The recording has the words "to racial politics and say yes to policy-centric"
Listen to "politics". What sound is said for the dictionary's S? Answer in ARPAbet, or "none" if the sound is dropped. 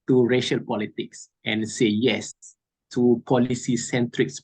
S